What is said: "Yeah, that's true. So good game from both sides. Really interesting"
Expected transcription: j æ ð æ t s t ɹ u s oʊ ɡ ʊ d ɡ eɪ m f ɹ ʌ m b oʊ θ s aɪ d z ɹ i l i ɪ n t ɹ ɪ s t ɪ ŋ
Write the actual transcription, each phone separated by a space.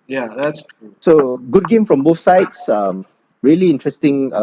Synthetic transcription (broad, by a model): j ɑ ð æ t s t u s oʊ ɡ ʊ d ɡ eɪ m f ɹ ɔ m b oʊ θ s aɪ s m ɹ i l i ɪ n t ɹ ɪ s t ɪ ŋ